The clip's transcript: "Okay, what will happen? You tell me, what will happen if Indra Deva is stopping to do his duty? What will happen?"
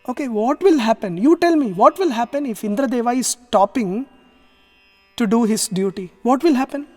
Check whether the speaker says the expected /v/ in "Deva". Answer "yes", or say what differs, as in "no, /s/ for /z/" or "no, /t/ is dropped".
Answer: yes